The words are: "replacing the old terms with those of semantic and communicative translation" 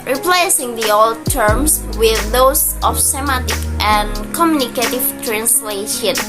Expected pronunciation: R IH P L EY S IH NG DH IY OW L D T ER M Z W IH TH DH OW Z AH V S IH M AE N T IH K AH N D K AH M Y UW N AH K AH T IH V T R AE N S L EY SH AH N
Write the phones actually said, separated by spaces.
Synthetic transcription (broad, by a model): R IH P L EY S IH NG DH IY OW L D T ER M S W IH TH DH OW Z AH F S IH M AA T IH K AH N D K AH M Y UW N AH K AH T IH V T R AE N S L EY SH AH N